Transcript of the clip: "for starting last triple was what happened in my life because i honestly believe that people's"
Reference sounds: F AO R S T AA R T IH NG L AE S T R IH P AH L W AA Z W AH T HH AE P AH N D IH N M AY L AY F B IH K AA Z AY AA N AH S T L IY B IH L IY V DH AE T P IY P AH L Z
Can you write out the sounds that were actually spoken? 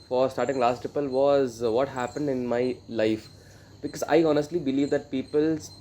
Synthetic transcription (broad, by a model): F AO R S T AA R T IH NG L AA S T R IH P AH L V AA Z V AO T HH AE P AH N D IH N M AY L AY F B IH K AA Z AY AA N AH S T L IY B IH L IY V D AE T P IY P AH L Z